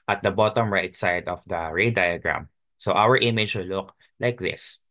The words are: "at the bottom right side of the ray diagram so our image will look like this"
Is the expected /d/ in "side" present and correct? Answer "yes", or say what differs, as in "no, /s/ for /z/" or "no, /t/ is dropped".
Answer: yes